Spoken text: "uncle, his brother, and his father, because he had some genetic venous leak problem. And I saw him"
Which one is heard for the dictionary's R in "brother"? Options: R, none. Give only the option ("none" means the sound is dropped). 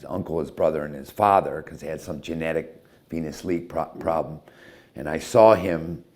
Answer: R